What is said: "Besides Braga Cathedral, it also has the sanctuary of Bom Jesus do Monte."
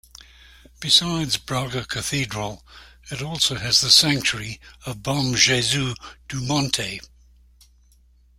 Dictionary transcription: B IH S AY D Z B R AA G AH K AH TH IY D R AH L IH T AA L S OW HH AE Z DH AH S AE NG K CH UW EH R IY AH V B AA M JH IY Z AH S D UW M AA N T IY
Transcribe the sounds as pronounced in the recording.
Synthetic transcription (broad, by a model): B IH S AY D Z B R AA G AH K AH TH IY D R AH L IH T AA L S OW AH Z DH AH S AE NG K CH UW R IY AH V B AA M ZH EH Z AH D UW M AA N T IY